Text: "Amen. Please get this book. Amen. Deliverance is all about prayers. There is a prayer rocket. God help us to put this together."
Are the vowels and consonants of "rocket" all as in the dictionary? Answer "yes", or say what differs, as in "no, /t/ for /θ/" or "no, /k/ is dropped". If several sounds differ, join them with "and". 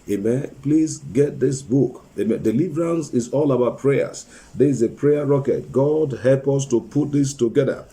yes